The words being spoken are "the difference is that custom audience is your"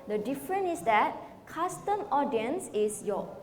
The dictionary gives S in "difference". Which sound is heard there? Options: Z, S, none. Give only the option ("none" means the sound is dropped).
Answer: none